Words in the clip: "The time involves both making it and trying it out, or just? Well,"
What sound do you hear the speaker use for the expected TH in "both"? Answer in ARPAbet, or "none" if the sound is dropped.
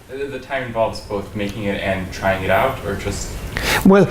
TH